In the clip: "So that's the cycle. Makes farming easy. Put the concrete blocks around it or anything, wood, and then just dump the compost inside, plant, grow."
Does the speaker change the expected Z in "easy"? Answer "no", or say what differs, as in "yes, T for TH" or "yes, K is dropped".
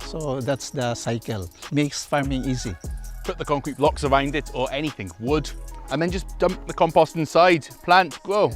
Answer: no